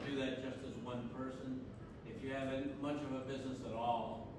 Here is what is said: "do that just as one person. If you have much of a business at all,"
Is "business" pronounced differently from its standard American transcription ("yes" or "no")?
no